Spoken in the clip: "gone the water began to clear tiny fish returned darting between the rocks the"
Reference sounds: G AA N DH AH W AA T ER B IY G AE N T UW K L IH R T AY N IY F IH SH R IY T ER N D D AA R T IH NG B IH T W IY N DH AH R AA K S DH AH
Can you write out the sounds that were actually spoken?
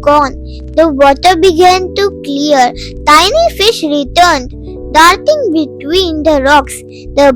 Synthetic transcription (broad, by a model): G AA N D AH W AA T ER B IY G AE N T UW K L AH R T AY N IY F IH SH R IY T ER N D D AA R T IH NG B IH T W IY N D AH R AA K S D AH